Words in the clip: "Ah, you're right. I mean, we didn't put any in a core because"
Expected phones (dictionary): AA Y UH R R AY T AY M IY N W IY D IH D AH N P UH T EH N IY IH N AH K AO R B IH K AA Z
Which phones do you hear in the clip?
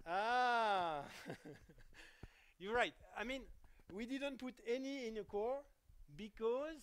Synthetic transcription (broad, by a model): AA Y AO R R AY T AY M IY N W IY D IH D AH N P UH T EH N IY IH N AH K AO R B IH K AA Z